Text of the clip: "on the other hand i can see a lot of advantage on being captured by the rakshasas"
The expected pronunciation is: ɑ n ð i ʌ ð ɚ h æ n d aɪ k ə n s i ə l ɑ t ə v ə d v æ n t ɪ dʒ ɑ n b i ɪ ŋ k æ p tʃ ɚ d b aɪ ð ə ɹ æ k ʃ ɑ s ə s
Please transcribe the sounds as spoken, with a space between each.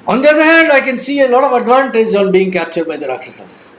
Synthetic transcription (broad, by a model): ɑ n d i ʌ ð ɚ h æ n d aɪ k ə n s i ə l ɑ t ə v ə d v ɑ n t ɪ dʒ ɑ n b i ɪ ŋ k æ p tʃ ɚ d b aɪ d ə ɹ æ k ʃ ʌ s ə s